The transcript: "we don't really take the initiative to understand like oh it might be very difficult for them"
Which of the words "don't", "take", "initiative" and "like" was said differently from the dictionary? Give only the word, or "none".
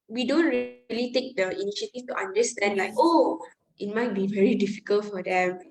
initiative